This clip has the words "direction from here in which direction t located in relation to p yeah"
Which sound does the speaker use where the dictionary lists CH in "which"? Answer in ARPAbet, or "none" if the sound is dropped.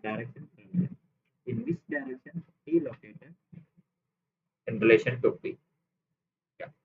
S